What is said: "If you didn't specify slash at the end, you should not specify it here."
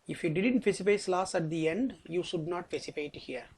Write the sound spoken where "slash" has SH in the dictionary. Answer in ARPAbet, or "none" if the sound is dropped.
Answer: S